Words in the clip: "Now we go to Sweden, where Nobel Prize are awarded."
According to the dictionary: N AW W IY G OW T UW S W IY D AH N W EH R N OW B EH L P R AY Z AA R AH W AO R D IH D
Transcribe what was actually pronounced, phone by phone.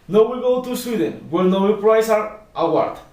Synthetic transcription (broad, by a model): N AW W IY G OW T UW S W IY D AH N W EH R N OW IY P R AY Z AA R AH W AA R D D